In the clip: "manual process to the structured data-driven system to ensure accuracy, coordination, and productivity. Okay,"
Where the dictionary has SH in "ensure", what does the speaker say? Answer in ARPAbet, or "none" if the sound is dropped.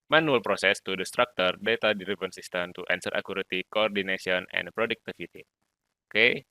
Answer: S